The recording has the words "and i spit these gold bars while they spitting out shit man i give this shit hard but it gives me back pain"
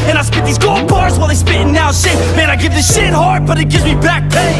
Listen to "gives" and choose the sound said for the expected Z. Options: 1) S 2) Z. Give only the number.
2